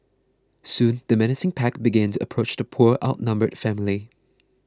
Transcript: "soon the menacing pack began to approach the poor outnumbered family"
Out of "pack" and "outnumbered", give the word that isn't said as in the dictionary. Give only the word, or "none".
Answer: none